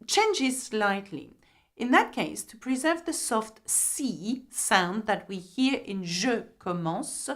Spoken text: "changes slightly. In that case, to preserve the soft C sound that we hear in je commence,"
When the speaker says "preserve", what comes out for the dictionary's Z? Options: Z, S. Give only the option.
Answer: Z